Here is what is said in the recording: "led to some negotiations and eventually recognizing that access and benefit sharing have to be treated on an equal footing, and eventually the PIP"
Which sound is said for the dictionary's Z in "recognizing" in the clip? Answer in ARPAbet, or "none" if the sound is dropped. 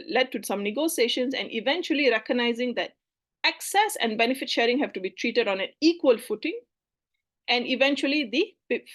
Z